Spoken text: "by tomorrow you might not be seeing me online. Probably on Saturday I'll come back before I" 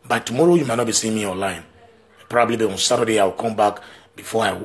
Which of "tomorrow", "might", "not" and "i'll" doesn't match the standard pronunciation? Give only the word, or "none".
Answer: i'll